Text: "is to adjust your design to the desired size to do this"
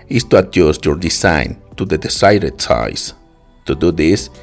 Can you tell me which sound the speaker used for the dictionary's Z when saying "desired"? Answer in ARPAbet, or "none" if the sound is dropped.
S